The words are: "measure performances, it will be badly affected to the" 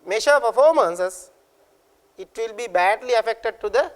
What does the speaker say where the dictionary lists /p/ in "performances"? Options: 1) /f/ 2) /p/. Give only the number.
1